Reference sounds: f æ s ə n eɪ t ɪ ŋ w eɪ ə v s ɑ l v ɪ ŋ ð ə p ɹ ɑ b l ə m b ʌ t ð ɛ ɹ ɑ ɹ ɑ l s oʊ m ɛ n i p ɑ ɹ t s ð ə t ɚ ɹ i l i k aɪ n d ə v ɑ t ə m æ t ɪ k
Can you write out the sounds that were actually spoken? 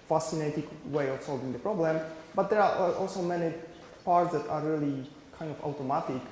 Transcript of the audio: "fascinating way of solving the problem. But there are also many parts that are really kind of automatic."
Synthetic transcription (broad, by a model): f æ s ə n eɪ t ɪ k w eɪ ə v s ɑ l v ɪ ŋ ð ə p ɹ ɑ b l ə m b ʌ t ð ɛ ɹ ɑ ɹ ɑ l s oʊ m ɛ n i p ɑ ɹ t s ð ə t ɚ ɹ i l i k aɪ n d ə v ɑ t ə m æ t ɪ k